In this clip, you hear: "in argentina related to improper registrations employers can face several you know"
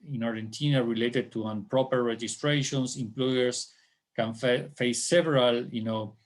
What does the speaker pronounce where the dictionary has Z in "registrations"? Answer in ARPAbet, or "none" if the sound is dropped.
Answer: S